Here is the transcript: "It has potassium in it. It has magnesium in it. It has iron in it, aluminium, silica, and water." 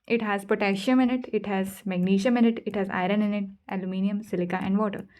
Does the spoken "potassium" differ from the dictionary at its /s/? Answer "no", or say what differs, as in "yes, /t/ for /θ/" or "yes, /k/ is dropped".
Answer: yes, /ʃ/ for /s/